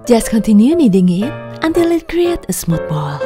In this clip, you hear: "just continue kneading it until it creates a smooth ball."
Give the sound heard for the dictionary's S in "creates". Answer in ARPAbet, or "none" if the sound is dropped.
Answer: none